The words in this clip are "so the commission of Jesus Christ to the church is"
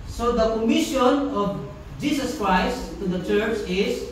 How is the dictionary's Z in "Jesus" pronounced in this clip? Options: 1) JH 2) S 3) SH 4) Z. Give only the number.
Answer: 2